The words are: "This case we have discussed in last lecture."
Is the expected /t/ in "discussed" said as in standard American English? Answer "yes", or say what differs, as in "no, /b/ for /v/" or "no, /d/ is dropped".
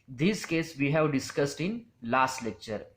yes